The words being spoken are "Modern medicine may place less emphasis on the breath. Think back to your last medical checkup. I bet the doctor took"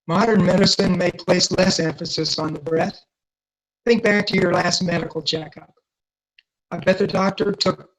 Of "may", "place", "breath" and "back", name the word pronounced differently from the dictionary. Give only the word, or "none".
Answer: none